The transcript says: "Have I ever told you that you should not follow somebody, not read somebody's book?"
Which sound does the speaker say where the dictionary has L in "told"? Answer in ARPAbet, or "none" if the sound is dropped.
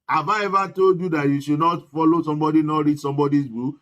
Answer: none